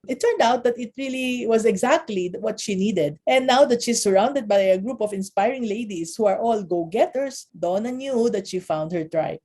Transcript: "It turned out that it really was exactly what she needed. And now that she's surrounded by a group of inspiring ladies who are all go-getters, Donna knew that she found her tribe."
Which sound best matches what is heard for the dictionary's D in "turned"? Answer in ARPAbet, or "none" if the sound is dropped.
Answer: D